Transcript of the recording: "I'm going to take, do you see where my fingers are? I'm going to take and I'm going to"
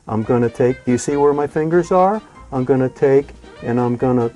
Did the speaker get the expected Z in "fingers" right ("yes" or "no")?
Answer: yes